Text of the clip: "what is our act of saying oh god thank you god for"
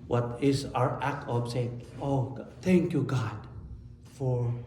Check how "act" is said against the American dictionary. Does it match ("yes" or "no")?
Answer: yes